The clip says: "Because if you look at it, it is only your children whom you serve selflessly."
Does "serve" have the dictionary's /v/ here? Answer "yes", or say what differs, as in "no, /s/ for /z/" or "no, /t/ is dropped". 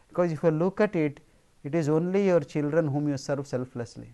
no, /f/ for /v/